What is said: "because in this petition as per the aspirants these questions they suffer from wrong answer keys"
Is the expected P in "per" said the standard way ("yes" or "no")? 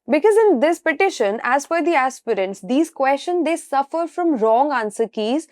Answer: no